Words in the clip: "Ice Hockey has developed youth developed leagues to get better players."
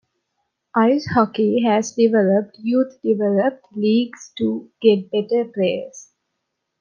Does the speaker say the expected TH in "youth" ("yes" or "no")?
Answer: no